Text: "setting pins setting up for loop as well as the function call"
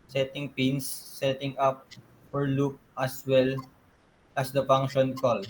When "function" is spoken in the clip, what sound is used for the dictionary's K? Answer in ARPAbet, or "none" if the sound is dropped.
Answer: none